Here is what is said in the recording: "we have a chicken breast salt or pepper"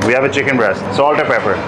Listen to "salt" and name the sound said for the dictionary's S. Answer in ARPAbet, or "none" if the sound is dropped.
S